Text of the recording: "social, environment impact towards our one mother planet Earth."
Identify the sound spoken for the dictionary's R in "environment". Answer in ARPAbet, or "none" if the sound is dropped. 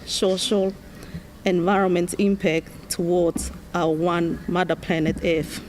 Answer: R